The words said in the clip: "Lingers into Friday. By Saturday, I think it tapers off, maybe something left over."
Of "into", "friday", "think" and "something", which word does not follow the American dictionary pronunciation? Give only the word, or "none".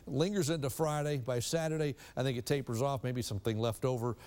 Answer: none